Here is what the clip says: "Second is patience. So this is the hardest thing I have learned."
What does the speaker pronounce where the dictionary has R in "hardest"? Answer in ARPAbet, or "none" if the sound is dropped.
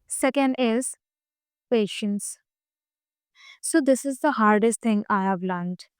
R